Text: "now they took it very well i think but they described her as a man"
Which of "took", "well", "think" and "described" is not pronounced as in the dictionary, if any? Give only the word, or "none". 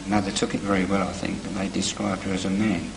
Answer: none